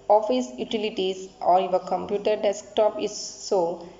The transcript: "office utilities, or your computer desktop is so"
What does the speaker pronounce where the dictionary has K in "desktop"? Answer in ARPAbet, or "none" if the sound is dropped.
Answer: K